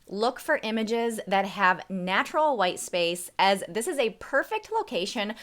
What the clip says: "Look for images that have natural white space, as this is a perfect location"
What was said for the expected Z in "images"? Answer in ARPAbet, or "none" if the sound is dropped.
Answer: Z